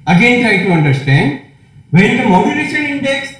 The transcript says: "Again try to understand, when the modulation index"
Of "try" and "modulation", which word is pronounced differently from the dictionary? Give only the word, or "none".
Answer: modulation